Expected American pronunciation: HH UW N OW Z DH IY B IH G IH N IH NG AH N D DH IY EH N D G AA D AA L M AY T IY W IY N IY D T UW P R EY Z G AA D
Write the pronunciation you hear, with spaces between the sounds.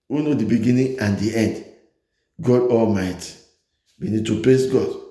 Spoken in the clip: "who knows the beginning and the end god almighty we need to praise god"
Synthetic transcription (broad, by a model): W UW N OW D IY B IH G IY N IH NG AH N D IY EH N D G AA D AA L M AY T IY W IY N IY D T UW P L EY S G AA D